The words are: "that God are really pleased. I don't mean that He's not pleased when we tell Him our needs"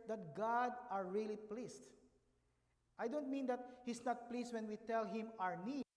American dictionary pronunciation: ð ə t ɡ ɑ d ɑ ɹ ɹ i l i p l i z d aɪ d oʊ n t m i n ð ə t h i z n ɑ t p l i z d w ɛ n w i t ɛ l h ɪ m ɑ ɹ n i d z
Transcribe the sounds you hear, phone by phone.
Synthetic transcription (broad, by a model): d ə t ɡ ɑ d ɑ ɹ ɹ i l i p l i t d aɪ d oʊ n t m i n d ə t h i s n ɑ t p l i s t w ɛ n w i t ɛ l h ɪ m ɑ ɹ n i